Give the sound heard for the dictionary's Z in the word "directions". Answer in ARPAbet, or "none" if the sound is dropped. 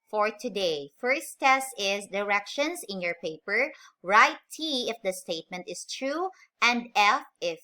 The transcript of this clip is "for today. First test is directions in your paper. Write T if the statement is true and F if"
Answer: S